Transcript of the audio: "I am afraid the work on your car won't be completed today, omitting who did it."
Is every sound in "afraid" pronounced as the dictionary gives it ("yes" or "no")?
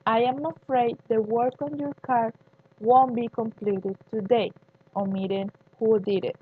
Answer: yes